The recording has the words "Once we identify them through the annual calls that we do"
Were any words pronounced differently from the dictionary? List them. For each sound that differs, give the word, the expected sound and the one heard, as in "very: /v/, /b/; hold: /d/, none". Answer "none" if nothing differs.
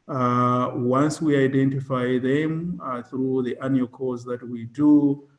calls: /l/, none